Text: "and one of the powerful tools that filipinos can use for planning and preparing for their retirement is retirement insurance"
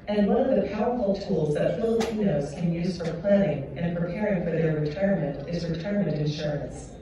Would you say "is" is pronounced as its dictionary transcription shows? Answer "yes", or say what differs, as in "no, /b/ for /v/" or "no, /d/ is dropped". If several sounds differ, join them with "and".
yes